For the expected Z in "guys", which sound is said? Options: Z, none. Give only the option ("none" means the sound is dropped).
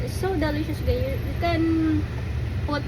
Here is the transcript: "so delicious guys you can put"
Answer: none